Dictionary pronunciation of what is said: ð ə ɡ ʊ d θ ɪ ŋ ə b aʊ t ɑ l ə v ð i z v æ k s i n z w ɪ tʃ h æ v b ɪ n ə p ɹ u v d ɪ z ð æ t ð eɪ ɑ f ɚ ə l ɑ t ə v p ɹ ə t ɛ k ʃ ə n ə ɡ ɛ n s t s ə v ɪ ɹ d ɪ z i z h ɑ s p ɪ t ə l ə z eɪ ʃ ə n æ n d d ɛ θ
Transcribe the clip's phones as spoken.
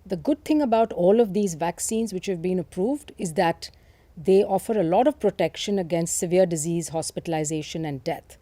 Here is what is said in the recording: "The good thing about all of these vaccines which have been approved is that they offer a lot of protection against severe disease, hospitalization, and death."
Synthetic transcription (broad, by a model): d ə ɡ ʊ d t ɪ ŋ ə b aʊ t ɑ l ə v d i z v æ k s i n z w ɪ tʃ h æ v b ɪ n ə p ɹ u v d ɪ z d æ t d eɪ ɑ f ɚ ə l ɑ t ə v p ɹ ə t ɛ k ʃ ə n ə ɡ ɛ n s t s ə v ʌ ɹ d ɪ z i z h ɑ s p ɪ t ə l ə z eɪ ʃ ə n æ n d d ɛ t